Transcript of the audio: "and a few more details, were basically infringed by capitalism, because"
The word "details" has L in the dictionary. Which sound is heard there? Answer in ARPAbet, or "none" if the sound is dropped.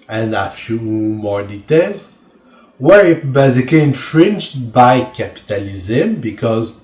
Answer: L